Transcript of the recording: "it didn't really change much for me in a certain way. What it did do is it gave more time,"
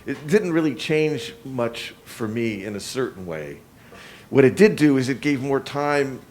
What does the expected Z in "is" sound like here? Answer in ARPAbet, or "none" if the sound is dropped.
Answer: Z